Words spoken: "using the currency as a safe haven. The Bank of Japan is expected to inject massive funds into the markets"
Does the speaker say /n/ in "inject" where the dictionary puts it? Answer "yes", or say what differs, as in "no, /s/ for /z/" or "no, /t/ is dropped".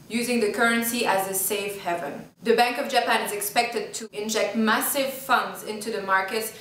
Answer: yes